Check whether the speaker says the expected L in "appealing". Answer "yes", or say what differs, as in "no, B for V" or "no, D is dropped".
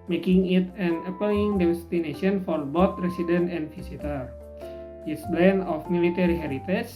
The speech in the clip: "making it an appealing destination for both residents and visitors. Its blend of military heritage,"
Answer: no, L is dropped